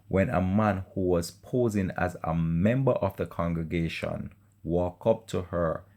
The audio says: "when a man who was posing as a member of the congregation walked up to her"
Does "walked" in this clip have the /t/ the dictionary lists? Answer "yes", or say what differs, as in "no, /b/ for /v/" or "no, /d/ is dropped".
no, /t/ is dropped